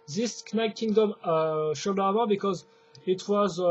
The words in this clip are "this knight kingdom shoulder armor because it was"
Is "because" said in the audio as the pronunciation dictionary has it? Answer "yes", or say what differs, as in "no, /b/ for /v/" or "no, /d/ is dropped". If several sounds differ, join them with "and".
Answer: yes